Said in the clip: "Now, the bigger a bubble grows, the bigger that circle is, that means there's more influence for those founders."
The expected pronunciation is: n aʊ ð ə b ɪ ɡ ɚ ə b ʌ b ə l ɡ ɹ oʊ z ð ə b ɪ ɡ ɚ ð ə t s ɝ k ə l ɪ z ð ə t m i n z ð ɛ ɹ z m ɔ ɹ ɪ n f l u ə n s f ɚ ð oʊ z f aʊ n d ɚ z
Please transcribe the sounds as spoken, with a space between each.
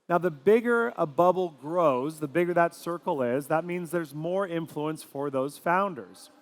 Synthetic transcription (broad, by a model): n aʊ ð ə b ɪ ɡ ɚ ə b ʌ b l ɡ ɹ oʊ z ð ə b ɪ ɡ ɚ ð ə t s ɝ k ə l ɪ z ð ə t m i n z ð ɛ ɹ z m ɔ ɹ ɪ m f l u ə n s f ɚ ð oʊ z f aʊ n d ɚ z